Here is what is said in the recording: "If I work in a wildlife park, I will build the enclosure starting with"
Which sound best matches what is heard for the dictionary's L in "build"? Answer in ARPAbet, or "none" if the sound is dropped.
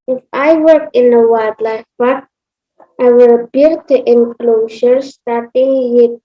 none